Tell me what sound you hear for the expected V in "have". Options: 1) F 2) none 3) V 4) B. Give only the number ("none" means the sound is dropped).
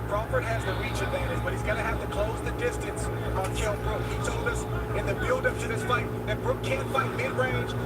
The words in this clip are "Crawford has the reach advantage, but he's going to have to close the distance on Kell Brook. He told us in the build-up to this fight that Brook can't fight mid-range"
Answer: 1